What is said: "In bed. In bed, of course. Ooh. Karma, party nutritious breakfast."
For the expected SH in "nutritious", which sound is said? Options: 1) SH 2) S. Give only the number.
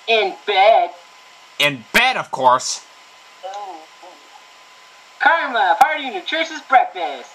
2